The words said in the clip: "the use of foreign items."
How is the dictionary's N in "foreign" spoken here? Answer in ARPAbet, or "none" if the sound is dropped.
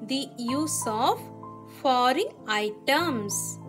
none